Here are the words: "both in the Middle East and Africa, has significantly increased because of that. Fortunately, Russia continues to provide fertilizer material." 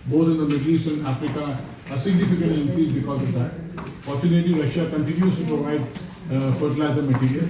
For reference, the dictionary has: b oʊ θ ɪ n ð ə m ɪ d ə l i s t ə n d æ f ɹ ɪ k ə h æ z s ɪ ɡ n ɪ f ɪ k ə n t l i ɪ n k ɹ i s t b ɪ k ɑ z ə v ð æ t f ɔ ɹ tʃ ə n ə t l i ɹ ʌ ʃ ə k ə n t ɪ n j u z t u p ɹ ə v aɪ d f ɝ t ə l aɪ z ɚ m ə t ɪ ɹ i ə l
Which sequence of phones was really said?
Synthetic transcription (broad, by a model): b oʊ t ɪ n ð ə m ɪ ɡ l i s ə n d æ f ɹ ɪ k ə s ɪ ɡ n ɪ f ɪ k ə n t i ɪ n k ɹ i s b ɪ k ɑ z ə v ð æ t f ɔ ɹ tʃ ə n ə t i ɹ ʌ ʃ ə k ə n t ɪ n j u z t u p ɹ ə v aɪ d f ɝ t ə l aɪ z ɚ m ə t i ɹ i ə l